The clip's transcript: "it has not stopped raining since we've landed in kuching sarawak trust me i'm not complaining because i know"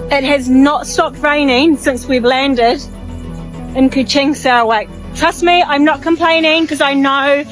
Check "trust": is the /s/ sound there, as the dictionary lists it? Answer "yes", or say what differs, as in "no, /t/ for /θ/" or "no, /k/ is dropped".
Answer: yes